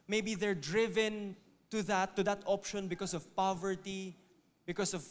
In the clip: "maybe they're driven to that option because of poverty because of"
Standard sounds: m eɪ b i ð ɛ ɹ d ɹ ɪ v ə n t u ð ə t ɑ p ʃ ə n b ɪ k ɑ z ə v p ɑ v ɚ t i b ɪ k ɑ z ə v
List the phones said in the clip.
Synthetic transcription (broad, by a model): m eɪ b i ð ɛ ɹ d ɹ ɪ v ə n t u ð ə t ɑ p ʃ ə n b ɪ k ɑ s ə v p ɑ v ɚ t i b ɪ k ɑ s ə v